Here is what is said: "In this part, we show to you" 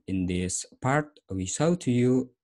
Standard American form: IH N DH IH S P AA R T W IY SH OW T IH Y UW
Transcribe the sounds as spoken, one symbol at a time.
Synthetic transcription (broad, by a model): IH N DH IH S P AA R T W IY S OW T IH Y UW